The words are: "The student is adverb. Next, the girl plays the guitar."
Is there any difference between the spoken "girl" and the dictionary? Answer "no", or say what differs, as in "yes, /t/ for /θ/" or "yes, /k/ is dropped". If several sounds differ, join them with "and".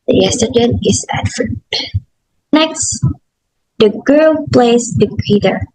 no